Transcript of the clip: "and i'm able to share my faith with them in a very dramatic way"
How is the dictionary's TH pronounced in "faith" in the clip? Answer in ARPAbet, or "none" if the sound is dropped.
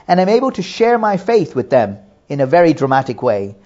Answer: TH